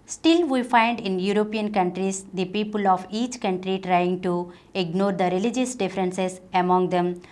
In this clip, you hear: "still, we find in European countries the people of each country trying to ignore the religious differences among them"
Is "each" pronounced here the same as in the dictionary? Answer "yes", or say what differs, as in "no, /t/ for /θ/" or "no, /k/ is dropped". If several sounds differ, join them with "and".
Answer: yes